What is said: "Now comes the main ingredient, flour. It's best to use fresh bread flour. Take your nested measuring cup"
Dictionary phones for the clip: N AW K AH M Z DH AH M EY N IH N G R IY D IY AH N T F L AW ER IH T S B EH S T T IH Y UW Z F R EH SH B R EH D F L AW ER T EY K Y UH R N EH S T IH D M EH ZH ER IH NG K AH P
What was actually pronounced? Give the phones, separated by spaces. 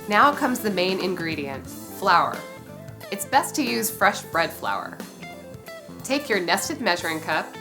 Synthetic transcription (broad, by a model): N AW K AH M Z DH AH M EY N IH N G R IY D IY AH N T F L AW ER IH T S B EH S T T IH Y UW Z F R EH SH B R EH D F L AW ER T EY K Y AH R N EH S T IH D M EH ZH ER IH NG K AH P